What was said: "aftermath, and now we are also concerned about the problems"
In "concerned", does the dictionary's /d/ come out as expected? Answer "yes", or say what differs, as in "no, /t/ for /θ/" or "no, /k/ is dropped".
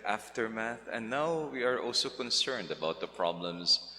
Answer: yes